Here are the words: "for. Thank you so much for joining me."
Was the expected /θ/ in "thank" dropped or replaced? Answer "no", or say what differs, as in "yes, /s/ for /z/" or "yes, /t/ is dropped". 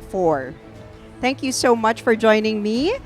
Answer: no